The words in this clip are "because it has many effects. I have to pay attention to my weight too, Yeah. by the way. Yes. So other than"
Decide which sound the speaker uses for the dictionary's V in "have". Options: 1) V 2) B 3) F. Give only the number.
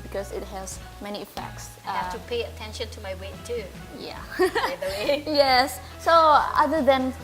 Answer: 3